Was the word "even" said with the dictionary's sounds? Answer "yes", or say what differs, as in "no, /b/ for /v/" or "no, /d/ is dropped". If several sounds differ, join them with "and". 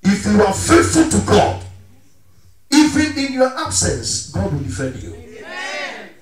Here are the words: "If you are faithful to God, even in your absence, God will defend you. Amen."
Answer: no, /n/ is dropped